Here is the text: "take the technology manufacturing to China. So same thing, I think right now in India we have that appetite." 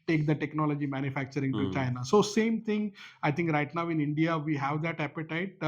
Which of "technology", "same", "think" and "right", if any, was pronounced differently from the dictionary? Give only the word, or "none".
think